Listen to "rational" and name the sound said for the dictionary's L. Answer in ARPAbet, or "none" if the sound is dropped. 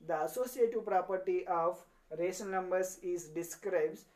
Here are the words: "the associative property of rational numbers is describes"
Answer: N